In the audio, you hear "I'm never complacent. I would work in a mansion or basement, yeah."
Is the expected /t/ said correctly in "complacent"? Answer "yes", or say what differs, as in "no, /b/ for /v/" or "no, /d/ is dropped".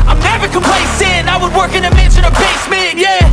no, /t/ is dropped